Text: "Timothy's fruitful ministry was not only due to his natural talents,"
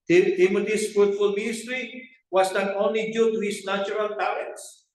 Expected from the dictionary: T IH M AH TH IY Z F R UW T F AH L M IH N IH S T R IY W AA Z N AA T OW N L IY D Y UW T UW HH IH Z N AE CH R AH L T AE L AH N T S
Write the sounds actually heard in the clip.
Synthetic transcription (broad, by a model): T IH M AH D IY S F R UW T F AH L M IH N IH S T R IY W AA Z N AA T OW N L IY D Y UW T UW HH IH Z N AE CH R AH L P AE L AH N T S